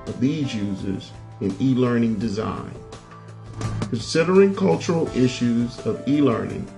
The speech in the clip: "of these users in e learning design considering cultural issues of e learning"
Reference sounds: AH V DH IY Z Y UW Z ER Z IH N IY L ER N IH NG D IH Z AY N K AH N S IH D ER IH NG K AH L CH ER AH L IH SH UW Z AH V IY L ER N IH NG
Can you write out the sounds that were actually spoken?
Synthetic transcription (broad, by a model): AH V DH IY Z Y UW Z ER Z IH N IY L ER N IH NG D IH Z AY N K AH N S IH D ER IH NG K AH L CH ER L IH SH UW Z AH V IY L ER N IH NG